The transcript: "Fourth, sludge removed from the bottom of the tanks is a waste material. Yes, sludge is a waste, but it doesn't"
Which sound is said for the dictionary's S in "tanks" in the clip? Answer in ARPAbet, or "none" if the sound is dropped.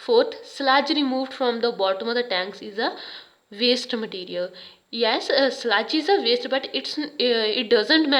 S